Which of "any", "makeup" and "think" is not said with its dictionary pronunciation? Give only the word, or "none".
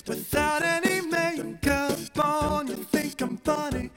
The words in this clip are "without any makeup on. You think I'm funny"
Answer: makeup